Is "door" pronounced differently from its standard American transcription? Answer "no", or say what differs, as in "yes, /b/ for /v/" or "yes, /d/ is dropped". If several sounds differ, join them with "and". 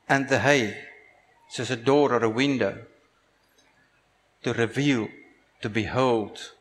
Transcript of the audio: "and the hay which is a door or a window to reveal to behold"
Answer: no